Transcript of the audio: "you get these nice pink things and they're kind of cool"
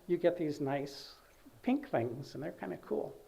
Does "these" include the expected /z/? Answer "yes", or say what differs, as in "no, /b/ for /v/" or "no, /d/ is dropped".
yes